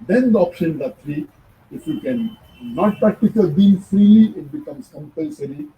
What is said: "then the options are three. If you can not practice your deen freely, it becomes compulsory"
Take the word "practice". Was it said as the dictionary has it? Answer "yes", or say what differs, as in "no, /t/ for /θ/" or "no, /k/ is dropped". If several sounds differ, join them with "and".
no, /ɹ/ is dropped